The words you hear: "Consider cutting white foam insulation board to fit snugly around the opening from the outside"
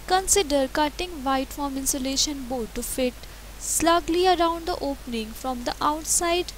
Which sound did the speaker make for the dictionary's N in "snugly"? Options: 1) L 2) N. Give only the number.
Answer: 1